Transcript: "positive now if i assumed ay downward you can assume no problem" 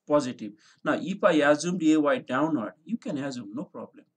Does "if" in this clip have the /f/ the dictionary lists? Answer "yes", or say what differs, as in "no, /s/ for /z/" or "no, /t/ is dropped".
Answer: no, /p/ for /f/